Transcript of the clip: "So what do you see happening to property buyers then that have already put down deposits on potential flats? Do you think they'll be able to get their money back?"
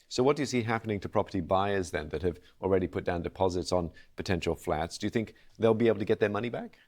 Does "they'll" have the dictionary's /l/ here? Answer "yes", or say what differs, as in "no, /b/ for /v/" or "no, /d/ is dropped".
yes